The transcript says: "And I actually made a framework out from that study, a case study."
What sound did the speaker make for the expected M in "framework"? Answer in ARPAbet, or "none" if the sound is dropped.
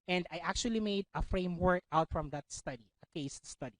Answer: M